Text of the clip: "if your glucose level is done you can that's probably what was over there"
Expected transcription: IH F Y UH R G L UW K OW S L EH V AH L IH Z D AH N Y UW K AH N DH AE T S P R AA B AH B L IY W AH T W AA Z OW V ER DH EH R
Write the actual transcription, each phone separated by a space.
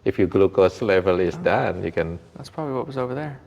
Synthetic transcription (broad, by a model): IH F Y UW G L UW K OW S L EH V AH L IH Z D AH N Y UW K AH N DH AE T S P R AA B AH B L IY W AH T W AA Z OW V ER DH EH R